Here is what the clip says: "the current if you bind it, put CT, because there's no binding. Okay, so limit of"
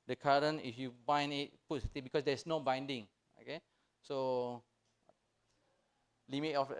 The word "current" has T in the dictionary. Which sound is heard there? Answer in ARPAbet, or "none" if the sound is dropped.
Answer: none